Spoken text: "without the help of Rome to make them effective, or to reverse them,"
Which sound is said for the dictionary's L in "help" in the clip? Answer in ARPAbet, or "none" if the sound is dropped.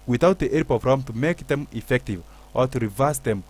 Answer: none